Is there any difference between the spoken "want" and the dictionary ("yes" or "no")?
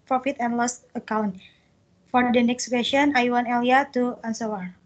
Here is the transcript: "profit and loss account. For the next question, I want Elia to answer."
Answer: yes